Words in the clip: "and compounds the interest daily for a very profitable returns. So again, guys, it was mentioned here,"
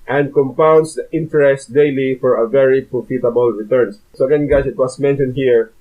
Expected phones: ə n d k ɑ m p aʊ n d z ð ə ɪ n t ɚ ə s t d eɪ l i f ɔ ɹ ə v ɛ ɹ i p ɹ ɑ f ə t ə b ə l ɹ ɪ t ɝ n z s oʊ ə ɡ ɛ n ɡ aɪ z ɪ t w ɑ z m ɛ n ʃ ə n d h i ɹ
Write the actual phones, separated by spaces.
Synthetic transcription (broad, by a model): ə n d k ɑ m p aʊ n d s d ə ɪ n t ɚ ə s t d eɪ l i f ɔ ɹ ə v ɛ ɹ i p ɹ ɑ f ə t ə b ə l ɹ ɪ t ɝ n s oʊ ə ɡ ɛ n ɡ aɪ s ɪ t w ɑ s m ɛ n ʃ ə n d h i ɹ